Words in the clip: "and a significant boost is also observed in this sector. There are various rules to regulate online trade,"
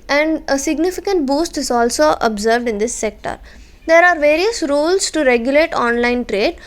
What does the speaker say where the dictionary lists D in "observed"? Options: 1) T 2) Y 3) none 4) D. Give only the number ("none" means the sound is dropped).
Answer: 4